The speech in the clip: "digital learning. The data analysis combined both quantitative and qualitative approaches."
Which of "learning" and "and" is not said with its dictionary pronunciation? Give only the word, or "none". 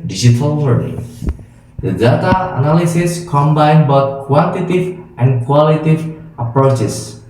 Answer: learning